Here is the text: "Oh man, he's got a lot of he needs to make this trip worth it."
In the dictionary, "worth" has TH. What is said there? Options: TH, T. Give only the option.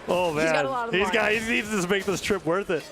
TH